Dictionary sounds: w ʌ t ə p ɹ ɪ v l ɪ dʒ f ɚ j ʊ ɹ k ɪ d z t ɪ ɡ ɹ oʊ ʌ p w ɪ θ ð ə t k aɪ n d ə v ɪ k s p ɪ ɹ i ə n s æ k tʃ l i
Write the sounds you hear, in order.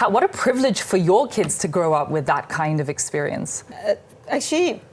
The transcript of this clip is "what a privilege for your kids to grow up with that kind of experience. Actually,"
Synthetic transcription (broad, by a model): w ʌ t ə p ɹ ɪ v l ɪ ʒ f ɚ j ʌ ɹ k ɪ d z t ɪ ɡ ɹ oʊ ʌ p w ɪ ð ə t k aɪ n d ə v ɪ k s p ɪ ɹ i ə n s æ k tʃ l i